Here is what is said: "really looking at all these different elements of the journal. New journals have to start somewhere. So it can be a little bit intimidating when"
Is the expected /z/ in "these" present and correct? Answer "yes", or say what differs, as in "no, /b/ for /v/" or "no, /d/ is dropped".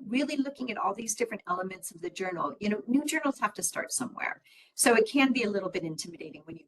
yes